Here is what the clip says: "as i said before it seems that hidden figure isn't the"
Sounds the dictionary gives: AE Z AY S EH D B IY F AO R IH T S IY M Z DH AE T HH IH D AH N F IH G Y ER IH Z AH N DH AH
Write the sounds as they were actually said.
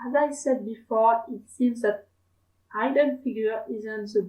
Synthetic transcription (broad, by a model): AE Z AY S EH D B IY F AO R IH T S IY M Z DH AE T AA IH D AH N F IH G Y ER IH Z AH N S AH